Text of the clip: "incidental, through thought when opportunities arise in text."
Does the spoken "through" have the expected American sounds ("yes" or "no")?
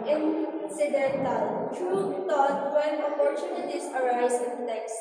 no